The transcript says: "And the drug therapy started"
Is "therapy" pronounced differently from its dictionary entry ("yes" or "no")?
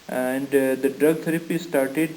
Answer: yes